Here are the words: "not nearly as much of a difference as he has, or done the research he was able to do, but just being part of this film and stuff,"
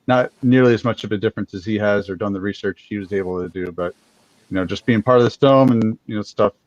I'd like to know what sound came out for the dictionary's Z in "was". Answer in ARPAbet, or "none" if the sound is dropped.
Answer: Z